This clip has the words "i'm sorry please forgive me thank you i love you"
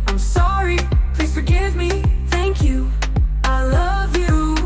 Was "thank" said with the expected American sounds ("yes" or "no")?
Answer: yes